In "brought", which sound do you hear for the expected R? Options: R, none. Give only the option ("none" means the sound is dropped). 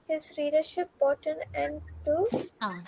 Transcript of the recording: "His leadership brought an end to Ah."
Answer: none